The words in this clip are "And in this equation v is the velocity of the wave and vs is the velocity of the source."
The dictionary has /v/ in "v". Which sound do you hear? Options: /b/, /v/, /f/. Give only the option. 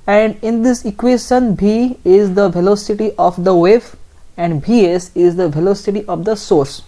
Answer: /b/